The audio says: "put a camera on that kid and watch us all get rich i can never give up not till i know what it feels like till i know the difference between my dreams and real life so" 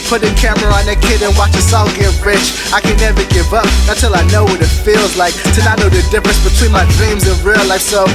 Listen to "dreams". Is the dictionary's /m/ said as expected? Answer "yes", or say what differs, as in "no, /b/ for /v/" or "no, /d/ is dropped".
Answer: yes